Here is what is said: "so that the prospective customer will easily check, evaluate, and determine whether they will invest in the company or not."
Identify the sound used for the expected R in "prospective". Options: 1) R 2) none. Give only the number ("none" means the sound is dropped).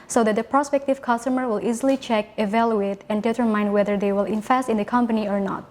1